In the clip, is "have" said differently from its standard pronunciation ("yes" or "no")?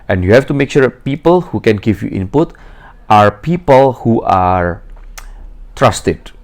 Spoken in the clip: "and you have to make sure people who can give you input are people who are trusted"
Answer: yes